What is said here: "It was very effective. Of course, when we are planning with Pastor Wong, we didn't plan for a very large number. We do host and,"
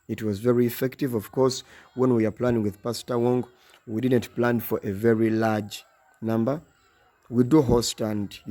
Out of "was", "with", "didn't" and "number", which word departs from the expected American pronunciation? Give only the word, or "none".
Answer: none